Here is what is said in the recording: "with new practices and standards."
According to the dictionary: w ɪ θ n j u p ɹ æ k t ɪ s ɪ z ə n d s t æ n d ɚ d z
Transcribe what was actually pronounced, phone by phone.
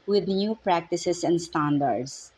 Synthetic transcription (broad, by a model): w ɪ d n j u p ɹ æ k t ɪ s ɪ s ə n d s t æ n d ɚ d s